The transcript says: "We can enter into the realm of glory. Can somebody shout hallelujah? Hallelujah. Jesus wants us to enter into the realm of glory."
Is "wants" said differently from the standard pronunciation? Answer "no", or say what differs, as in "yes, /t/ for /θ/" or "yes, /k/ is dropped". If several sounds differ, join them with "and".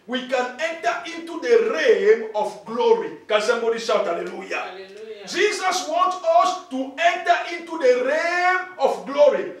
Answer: yes, /s/ is dropped